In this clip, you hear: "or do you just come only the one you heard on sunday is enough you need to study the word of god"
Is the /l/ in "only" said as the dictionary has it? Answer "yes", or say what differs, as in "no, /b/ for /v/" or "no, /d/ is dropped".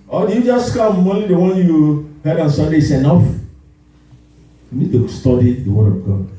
no, /l/ is dropped